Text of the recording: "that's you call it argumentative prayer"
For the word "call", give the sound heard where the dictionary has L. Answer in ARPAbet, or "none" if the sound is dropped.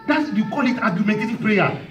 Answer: L